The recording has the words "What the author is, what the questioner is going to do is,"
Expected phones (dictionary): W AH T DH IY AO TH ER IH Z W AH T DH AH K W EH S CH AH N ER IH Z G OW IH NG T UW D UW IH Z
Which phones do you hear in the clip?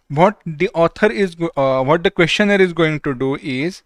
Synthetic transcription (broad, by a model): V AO T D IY AO T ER IH Z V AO T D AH K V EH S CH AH N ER IH Z G OW IH NG T UW D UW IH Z